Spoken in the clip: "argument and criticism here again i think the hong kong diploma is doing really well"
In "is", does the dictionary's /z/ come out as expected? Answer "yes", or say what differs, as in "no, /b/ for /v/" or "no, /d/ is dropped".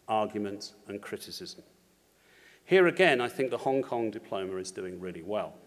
yes